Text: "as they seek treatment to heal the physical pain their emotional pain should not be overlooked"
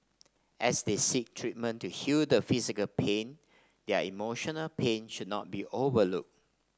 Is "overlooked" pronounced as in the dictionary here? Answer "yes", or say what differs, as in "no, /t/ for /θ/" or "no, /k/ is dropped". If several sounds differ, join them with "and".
no, /t/ is dropped